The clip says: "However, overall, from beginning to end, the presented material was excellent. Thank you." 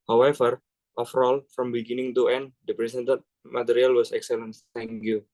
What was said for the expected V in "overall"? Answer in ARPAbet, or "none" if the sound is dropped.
F